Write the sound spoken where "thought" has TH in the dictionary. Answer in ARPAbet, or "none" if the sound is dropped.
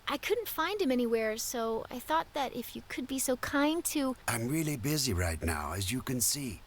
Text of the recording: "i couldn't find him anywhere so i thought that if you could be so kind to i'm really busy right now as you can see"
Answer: TH